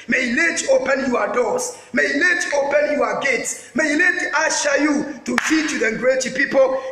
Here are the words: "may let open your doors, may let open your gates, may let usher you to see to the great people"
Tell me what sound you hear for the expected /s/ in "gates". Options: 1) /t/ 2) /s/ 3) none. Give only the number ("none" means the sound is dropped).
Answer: 2